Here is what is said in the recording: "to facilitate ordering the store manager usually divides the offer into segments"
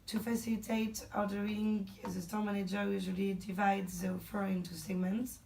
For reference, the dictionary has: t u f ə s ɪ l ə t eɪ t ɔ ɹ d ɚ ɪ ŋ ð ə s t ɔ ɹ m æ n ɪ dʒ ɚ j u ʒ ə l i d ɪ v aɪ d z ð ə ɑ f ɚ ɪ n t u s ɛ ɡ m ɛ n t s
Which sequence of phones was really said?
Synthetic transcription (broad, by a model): t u f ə s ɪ l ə t eɪ t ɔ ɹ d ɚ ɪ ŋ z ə s t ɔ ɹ m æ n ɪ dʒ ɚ j u ʒ ə l i d ɪ v aɪ d z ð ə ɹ f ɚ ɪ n t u s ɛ ɡ m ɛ n t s